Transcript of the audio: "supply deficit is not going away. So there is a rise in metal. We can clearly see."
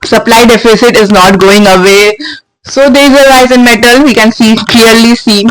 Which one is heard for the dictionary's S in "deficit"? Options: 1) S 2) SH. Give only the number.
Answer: 1